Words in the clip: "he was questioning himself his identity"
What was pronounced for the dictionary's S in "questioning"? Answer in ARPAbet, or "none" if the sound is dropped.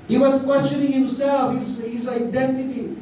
none